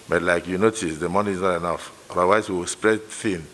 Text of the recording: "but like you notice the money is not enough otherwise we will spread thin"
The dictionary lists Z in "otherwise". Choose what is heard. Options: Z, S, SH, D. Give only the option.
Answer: S